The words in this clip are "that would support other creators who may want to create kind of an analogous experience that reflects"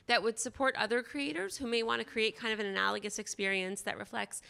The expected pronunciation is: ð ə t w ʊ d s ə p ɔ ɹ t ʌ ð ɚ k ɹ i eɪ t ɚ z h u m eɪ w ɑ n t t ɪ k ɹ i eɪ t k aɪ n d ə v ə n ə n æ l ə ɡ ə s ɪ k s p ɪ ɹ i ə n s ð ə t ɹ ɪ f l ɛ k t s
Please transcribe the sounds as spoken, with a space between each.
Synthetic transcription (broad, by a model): ð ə t w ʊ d s ə p ɔ ɹ t ʌ ð ɚ k ɹ i eɪ t ɚ z h u m eɪ w ɑ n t t ɪ k ɹ i eɪ t k aɪ n d ə v ə n ə n æ l ə ɡ ə s ɪ k s p ɪ ɹ i ə n s ð ə t ɹ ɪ f l ɛ k t s